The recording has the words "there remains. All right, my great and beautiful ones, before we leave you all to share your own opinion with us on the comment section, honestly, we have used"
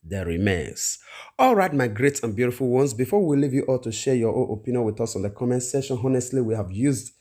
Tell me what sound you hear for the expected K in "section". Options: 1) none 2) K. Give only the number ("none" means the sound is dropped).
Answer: 1